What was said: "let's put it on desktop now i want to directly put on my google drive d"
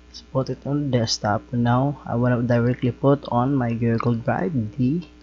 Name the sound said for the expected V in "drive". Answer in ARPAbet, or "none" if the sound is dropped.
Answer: B